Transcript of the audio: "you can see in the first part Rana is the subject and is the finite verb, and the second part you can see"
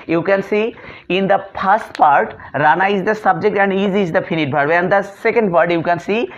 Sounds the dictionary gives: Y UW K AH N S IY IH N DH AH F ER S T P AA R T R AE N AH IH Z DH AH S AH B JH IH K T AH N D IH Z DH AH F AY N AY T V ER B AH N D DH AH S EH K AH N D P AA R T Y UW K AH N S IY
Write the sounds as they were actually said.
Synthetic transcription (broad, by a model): Y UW K AH N S IY IH N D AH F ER S T P AA R T R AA N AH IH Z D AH S AH B JH IH K T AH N D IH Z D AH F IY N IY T B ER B AH N D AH S EH K AH N D P AA R T Y UW K AH N S IY